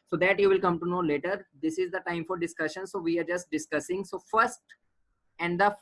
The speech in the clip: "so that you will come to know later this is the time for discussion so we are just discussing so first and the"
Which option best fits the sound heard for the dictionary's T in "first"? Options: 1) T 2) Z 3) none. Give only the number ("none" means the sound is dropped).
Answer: 1